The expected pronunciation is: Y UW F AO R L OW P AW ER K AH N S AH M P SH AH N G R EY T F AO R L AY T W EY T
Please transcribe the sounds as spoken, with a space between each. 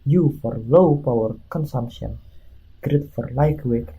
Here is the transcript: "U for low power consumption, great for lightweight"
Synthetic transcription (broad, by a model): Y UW F AO R L OW P AW ER K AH N S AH M P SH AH N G R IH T F AO R L AY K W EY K